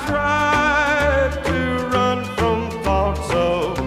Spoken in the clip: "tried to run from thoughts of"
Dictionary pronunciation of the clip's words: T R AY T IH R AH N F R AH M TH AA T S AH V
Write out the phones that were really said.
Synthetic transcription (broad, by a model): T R AY T IH R AH N F R AH M F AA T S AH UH